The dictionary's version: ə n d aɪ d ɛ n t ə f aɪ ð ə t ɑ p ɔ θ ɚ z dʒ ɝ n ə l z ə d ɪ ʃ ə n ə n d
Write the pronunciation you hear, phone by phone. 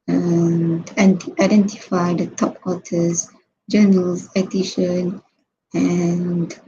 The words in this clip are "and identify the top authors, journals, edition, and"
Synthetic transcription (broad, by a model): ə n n aɪ d ɛ n t ə f aɪ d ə t ɑ p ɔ t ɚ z dʒ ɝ n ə l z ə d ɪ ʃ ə n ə n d